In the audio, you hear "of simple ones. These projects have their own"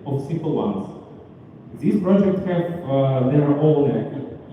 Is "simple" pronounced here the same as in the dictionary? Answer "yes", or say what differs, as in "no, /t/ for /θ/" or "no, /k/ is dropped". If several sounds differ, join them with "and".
no, /m/ is dropped